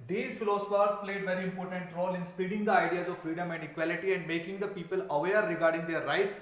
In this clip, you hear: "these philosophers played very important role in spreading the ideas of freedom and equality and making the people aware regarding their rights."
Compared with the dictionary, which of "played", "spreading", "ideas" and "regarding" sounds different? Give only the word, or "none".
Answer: spreading